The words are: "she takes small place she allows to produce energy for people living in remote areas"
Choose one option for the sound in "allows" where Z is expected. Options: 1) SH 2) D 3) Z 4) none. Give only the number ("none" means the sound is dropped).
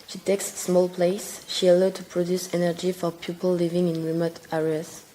4